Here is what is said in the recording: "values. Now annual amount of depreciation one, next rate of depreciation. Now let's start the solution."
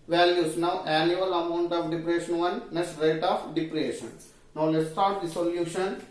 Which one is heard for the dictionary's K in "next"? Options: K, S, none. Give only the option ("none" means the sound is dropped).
none